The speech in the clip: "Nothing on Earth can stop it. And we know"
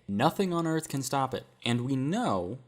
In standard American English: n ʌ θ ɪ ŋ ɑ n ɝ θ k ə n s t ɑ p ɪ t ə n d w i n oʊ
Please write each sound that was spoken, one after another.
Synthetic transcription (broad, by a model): n ʌ θ ɪ ŋ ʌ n ɝ θ k ə n s t ɑ p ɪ t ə n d w i n oʊ